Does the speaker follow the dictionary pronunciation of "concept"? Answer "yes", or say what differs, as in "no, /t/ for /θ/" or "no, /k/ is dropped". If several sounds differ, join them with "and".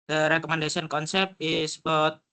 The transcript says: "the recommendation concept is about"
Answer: no, /t/ is dropped